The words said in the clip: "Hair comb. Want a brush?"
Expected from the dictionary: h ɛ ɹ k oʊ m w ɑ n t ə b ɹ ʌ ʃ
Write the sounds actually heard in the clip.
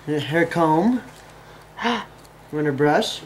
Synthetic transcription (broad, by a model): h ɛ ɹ k oʊ m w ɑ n ə b ɹ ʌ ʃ